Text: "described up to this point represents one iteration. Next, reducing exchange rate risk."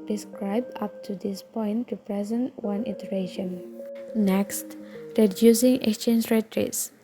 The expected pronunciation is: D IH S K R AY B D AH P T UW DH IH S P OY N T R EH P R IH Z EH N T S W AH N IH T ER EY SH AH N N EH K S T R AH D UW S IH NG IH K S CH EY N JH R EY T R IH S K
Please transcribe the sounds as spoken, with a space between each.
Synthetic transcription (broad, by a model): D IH S K R AY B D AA P T UW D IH S P OY N T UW P R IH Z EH N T W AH N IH T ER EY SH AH N N EH K S T R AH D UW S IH NG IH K S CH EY N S R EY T R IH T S